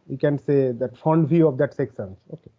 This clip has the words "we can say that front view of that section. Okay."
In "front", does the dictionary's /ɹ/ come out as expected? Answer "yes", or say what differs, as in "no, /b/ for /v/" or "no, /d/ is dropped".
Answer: no, /ɹ/ is dropped